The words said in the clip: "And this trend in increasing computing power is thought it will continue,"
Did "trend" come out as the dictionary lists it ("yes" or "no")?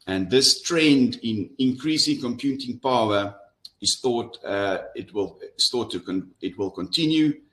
yes